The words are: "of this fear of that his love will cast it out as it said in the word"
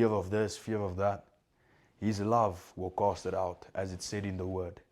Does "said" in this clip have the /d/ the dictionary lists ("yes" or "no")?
yes